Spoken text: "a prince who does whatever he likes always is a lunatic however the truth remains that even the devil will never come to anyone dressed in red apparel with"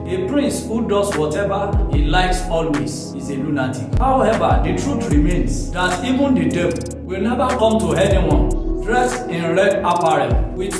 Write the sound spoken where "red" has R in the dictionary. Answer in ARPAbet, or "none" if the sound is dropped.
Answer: R